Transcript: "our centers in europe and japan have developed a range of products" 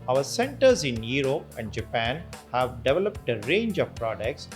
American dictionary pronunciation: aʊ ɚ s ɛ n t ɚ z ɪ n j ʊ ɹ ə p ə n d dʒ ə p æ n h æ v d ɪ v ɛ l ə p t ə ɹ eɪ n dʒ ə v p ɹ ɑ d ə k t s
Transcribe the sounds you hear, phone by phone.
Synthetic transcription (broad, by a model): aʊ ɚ s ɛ n t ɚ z ɪ n j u ɹ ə p ə n d dʒ ə p æ n h æ v d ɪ v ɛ l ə p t ə ɹ eɪ n dʒ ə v p ɹ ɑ d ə k t s